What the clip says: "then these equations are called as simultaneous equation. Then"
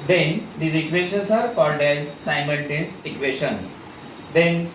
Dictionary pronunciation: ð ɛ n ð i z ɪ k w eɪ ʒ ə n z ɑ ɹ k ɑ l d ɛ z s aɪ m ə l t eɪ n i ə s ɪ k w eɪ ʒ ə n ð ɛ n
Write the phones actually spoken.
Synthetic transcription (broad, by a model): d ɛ n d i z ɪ k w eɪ ʃ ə n s ɑ ɹ k ɑ l d ɛ z s aɪ m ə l t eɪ n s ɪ k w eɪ ʃ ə n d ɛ n